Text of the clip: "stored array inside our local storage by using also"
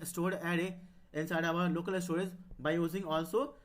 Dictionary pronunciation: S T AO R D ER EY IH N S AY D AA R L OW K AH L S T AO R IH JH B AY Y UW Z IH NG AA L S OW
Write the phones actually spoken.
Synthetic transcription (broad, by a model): S T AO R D ER EY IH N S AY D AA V L OW K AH L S T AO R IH Z B AY Y UW Z IH NG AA L S OW